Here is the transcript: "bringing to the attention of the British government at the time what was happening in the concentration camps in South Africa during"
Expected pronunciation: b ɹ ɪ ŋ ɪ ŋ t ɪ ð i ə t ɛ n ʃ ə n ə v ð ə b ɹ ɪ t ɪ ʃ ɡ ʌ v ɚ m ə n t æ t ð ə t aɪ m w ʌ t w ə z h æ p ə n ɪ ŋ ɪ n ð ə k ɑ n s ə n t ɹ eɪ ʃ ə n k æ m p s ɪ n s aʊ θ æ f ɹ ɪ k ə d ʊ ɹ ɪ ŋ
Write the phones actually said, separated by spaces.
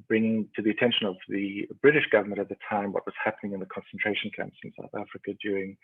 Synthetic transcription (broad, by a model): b ɹ ɪ ŋ ɪ ŋ t ɪ ð i ə t ɛ n ʃ ə n ə v ð ə b ɹ ɪ t ɪ ʃ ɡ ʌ v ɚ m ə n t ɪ t ð ə t aɪ m w ʌ t w ə z h æ p ə n ɪ ŋ ɪ n ð ə k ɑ n s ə n t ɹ eɪ ʃ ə n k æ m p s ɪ n s aʊ θ æ f ɹ ɪ k ə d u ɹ ɪ ŋ